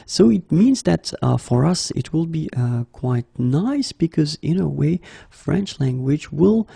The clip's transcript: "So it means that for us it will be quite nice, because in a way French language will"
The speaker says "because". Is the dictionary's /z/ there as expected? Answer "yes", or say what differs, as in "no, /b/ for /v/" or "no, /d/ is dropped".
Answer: yes